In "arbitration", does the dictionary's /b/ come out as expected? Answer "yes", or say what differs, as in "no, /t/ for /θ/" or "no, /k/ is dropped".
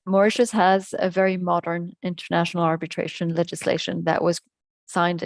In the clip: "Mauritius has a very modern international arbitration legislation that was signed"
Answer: yes